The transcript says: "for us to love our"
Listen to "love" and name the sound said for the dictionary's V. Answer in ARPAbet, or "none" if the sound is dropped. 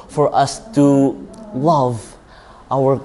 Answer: V